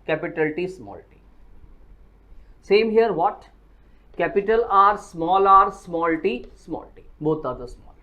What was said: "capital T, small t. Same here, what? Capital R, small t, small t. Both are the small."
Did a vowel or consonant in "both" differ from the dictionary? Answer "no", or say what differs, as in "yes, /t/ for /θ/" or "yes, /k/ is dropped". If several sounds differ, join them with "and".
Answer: yes, /t/ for /θ/